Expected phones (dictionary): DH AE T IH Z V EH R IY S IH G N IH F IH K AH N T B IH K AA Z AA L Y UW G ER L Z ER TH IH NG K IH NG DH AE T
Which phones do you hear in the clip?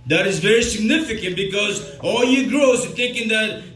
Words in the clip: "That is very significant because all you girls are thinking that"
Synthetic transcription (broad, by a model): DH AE T IH Z V EH R IY S IH G N IH F IH K AH N T B IH K AA Z AA L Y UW G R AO S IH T K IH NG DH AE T